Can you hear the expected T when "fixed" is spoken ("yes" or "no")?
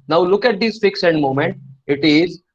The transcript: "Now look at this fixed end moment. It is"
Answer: no